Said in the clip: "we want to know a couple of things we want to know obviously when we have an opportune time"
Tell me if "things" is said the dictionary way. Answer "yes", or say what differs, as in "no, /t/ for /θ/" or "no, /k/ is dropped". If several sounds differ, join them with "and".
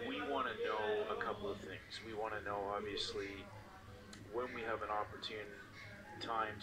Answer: yes